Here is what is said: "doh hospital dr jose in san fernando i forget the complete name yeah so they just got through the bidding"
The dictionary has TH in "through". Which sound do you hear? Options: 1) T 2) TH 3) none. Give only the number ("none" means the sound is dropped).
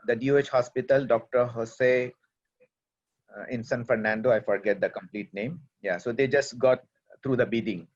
1